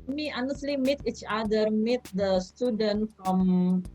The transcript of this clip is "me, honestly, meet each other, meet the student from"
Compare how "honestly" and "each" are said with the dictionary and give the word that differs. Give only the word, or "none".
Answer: none